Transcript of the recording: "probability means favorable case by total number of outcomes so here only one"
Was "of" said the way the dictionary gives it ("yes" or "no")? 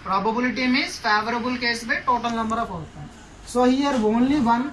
no